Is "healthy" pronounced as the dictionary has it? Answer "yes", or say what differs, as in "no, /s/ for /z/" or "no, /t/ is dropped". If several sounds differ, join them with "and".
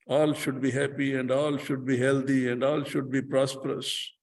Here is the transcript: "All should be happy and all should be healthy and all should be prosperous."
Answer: no, /t/ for /θ/